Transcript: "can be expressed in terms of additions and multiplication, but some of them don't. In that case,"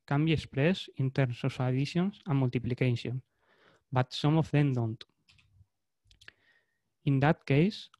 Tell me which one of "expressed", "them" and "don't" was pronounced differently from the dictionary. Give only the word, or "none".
expressed